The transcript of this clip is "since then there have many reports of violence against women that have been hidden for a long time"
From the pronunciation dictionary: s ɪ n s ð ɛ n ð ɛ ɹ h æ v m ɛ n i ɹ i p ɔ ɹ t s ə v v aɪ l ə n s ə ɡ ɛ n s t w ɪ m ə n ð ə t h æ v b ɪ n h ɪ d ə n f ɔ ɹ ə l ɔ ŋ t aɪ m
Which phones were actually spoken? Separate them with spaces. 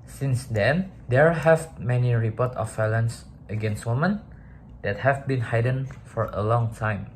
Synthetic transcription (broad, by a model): s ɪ n s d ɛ n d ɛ ɹ h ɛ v m ɛ n i ɹ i p ɔ t ə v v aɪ l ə n s ə ɡ ɛ n s t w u m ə n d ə t h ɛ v b ɪ n h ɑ d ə n f ɔ ɹ ə l ɔ ŋ t aɪ m